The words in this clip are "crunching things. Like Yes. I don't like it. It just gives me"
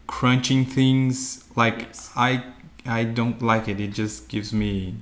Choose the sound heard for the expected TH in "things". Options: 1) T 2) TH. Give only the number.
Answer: 2